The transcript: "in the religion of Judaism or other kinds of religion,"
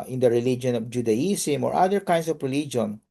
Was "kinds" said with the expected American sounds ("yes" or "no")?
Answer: no